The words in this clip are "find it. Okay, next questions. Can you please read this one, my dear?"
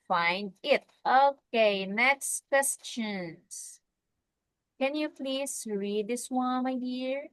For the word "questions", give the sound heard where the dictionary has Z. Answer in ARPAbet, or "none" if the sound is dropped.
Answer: S